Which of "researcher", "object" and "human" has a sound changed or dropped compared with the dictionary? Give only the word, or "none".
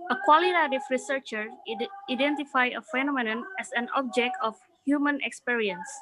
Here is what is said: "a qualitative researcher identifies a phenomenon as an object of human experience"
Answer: none